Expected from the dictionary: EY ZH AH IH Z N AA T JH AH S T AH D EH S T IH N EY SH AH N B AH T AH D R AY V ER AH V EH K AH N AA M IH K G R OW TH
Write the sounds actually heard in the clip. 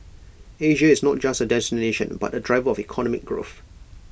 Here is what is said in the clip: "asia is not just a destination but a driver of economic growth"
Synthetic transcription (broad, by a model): EY ZH AH IH Z N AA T JH AH S T AH D EH S T IH N EY SH AH N B AH T AH D R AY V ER AH V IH K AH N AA M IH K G R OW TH